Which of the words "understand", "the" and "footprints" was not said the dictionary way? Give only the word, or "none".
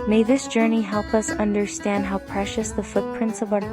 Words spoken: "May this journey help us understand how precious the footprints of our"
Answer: none